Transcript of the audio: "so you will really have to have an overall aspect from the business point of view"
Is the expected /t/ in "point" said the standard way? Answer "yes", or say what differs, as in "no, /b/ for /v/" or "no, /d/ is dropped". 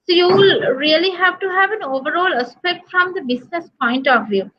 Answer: yes